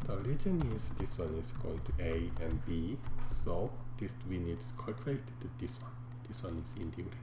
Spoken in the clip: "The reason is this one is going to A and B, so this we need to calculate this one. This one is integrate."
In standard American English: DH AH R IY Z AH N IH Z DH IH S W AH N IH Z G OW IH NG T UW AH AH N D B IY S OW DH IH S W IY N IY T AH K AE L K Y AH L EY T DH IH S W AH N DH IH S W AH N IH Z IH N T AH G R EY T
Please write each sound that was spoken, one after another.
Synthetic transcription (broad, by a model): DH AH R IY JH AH N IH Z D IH S W AH N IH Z G OW IH NG T UW AH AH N B IY S OW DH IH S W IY N IY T K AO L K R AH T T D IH S W AH N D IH S W AH N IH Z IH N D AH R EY